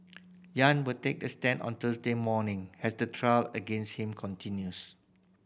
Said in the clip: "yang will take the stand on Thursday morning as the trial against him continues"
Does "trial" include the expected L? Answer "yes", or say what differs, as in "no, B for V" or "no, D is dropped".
yes